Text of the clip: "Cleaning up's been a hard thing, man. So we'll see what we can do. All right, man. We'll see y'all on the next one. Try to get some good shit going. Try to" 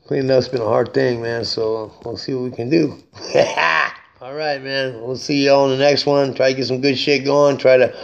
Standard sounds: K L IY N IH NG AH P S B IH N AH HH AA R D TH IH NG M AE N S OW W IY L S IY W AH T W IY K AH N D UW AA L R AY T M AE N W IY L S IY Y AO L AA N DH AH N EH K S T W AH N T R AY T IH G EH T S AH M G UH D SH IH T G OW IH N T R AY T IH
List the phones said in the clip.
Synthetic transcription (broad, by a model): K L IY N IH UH S B IH N AH HH AA R D TH IH NG M AE N S OW W IY L S IY W AH T W IY K AH N D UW AA L R AY T M AE N W IY L S IY Y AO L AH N DH AH N EH K S T W AH N T R AY T IH G EH T S AH M G UH D SH IH T G OW IH N T R AY T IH